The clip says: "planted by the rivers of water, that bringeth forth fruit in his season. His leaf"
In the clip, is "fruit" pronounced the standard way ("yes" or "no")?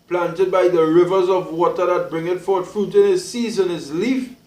yes